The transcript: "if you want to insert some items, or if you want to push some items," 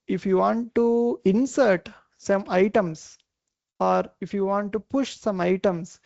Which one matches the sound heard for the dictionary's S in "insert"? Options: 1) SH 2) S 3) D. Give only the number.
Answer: 2